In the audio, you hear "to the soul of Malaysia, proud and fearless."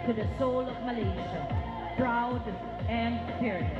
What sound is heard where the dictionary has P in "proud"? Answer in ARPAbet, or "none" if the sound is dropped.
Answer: B